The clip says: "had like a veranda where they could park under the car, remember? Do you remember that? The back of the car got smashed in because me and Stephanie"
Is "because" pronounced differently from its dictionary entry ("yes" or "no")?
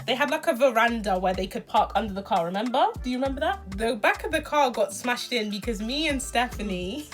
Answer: no